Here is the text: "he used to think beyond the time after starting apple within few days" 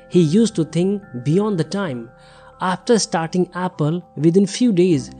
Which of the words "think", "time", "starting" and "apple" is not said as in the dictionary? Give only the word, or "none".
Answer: think